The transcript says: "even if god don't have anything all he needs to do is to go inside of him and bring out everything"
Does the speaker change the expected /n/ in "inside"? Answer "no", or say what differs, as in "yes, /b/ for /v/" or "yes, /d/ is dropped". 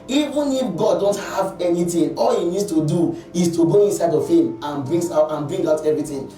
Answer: no